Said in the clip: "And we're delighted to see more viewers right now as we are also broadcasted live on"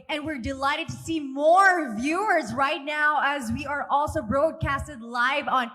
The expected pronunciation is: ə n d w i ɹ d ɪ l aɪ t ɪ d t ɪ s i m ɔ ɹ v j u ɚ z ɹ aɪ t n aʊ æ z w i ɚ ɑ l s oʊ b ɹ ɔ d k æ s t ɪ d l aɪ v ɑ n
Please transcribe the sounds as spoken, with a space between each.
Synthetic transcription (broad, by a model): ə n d w i ɹ d ɪ l aɪ t ɪ d t ɪ s i m ɔ ɹ v j u ɚ z ɹ aɪ t n aʊ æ z w i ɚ ɑ l s oʊ b ɹ ɔ d k æ s t ɪ d l aɪ v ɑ n